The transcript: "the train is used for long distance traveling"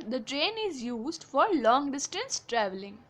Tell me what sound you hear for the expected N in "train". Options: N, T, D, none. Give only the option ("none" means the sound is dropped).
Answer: N